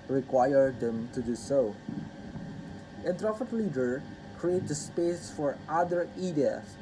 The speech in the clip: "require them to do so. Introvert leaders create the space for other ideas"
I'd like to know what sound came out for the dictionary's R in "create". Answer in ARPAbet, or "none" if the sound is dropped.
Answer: R